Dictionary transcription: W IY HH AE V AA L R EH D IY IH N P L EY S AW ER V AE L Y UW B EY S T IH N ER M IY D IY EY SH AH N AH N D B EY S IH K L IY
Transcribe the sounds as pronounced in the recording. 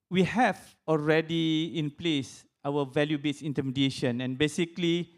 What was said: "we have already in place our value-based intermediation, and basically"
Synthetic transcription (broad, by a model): W IY HH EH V AA L R EH D IY IH N P L EY S AW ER V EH L Y UW B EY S IH N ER M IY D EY SH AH N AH N B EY S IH K L IY